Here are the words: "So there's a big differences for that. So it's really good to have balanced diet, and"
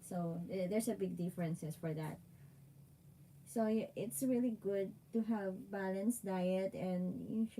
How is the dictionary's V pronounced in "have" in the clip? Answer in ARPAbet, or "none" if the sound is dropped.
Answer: V